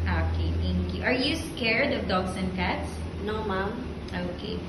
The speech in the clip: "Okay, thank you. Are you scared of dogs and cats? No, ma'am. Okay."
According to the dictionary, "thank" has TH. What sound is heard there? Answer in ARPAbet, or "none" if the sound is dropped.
T